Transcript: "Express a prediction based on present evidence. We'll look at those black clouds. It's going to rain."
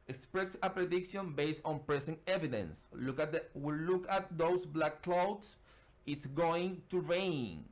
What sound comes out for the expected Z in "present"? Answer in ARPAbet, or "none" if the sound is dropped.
S